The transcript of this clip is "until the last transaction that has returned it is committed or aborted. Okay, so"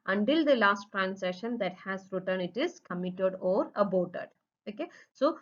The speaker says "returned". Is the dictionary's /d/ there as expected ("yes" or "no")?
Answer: no